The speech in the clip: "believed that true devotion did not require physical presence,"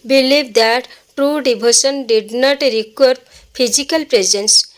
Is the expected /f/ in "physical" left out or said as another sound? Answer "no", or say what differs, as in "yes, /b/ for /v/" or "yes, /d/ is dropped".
yes, /p/ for /f/